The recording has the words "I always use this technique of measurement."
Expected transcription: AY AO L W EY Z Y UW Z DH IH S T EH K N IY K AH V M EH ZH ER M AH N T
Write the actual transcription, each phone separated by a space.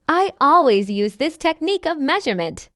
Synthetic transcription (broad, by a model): AY AO L W EY Z Y UW Z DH IH S T EH K N IY K AH V M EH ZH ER M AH N T